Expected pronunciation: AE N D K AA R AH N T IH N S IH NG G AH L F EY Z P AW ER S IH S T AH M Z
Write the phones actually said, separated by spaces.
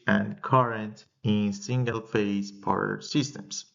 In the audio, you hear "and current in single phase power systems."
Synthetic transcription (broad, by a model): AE N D K AA R AH N T IH N S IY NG G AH L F EY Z P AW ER S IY S T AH M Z